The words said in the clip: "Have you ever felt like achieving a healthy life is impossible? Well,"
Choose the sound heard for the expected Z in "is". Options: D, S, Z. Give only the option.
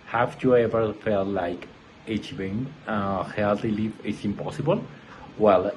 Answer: S